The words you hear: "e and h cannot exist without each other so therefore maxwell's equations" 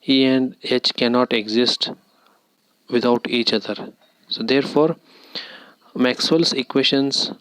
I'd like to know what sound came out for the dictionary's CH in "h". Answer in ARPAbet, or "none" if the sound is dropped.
CH